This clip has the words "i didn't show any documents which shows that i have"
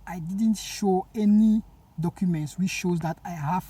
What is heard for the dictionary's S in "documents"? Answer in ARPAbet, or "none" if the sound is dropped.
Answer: S